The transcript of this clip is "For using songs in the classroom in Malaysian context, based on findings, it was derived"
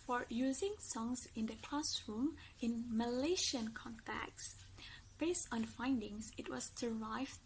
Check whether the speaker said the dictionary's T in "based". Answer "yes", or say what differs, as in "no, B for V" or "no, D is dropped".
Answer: yes